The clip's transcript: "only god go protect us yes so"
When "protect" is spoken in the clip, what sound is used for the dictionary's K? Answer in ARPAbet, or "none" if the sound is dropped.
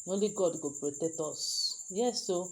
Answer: none